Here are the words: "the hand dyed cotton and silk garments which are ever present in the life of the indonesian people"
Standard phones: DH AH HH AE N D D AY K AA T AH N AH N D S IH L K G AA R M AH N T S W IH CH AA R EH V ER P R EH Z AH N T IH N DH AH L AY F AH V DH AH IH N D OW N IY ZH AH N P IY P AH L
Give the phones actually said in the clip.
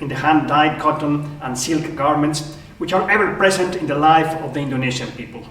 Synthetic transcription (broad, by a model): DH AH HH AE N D D AY K AA T AH N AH N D S IH L K G AA R M AH N T S W IH CH AA R EH V ER P R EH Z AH N T IH N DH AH L AY F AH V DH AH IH N D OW N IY SH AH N P IY P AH L